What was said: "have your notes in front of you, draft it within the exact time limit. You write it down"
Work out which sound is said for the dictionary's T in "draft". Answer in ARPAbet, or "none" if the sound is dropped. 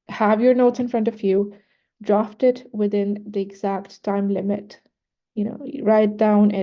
T